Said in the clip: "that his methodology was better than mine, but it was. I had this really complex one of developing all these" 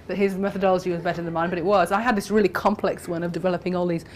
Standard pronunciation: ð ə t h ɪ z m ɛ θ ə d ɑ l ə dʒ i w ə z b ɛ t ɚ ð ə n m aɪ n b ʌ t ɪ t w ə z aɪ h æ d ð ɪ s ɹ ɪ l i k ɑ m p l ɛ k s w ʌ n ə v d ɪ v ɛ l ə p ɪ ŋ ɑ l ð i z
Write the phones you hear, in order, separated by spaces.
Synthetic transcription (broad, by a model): ð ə t h ɪ z m ɛ θ ə d ɑ l ə dʒ i w ə z b ɛ t ɚ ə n m aɪ n b ʌ t ɪ t w ə z aɪ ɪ d ð ɪ s ɹ ɪ l i k ɑ m p l ɛ k s w ʌ n ə v d ɪ v ɛ l ə p ɪ ŋ ɑ l ð i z